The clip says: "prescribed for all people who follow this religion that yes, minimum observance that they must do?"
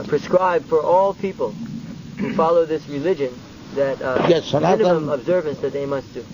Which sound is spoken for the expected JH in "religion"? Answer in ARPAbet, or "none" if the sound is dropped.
JH